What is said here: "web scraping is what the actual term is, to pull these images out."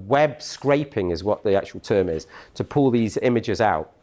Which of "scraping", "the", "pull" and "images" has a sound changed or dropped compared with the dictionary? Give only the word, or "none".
none